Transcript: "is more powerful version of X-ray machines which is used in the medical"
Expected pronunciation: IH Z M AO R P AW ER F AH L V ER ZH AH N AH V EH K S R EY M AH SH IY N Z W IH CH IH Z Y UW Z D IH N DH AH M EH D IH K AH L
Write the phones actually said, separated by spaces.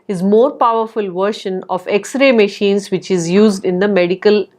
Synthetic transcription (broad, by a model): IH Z M AO R P AW ER F AH L V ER SH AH N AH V EH K S R EY M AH SH IY N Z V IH CH IH Z Y UW Z D IH N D AH M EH D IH K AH L